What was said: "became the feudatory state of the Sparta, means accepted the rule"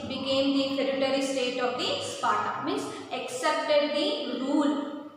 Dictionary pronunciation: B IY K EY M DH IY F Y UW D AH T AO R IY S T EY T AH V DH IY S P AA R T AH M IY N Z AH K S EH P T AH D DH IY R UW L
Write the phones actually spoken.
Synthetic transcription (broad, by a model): B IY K EY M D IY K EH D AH T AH R IY S T EY T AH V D IY S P AA R T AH M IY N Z AH K S EH P T AH D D IY R UW L